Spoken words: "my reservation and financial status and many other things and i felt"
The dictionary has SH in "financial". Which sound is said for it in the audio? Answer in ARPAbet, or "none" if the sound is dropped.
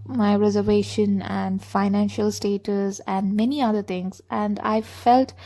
SH